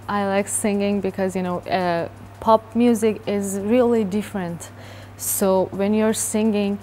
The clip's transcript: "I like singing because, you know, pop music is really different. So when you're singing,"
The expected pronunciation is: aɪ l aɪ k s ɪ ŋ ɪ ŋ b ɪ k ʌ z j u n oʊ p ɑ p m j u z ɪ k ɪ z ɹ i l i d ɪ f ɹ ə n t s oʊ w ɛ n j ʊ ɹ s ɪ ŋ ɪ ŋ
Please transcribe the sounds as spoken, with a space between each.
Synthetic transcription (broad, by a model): aɪ l aɪ k s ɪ ŋ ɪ ŋ b ɪ k ʌ z j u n oʊ p ɑ p m j u z ɪ k ɪ z ɹ i l i d ɪ f ɹ ə n t s oʊ w ɛ n j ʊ ɹ s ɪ ŋ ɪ ŋ